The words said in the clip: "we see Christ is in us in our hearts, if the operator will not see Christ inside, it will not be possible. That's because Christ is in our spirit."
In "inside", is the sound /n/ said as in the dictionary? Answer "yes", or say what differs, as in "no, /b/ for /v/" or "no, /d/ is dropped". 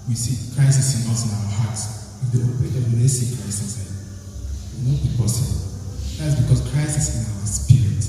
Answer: no, /n/ is dropped